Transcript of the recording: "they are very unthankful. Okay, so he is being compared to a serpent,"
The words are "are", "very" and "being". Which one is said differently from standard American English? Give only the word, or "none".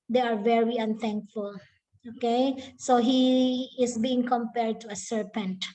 none